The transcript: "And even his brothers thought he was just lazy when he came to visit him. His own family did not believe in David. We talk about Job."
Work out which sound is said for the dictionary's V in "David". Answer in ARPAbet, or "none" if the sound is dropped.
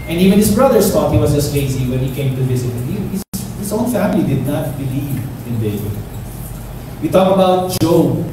B